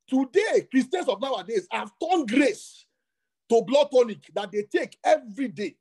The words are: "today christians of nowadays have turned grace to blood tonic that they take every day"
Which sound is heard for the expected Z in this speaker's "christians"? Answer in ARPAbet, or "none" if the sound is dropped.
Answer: S